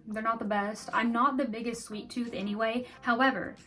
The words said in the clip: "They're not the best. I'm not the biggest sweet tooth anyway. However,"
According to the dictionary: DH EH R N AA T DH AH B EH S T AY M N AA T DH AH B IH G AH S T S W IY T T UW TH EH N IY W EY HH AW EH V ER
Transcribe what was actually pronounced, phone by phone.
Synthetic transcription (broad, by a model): DH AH R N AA T DH AH B EH S T AY M N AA T DH AH B IH G AH S T S W IY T T UW TH EH N IY W EY HH AW EH V ER